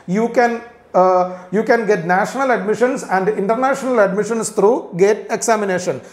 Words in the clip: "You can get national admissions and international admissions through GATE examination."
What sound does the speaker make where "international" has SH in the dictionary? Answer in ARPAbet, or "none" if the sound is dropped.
SH